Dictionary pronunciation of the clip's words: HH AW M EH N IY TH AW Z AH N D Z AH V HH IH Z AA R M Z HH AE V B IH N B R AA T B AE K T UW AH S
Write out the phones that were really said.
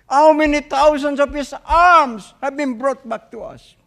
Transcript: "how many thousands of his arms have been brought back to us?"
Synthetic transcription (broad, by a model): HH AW M EH N IY T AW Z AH N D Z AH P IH S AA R M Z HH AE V B IH N B R AA T B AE K T UW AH S